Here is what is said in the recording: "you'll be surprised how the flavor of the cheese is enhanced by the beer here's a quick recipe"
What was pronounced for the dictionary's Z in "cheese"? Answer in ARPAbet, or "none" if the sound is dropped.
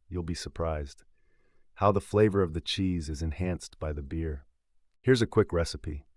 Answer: Z